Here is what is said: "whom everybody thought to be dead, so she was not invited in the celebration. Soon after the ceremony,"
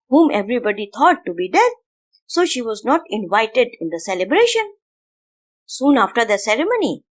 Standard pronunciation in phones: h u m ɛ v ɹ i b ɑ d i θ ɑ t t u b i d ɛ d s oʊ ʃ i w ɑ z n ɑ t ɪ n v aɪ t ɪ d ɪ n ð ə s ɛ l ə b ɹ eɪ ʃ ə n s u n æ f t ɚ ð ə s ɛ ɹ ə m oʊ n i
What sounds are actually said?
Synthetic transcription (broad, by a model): h u m ɛ v ɹ i b ɑ d i t ɑ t t u b i d ɛ d s oʊ ʃ i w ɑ z n ɑ t ɪ n v aɪ t ɪ d ɪ n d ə s ɛ l ə b ɹ eɪ ʃ ə n s u n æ f t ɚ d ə s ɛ ɹ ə m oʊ n i